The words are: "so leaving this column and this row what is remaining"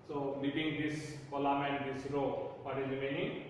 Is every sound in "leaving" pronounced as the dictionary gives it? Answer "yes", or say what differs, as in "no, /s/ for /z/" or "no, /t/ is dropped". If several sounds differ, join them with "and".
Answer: no, /p/ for /v/